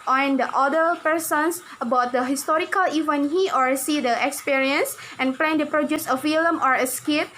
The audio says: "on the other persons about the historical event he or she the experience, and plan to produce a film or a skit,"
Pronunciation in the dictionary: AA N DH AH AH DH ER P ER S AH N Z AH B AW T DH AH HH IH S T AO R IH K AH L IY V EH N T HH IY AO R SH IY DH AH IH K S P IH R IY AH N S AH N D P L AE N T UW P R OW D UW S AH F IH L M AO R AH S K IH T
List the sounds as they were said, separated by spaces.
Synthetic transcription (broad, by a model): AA N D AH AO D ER P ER S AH N S AH B AW T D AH HH IH S T AO R IH K AH L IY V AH N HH IY AO R S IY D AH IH K S P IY R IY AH N S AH N P L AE N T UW P R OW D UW S AH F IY L M AO R AH S K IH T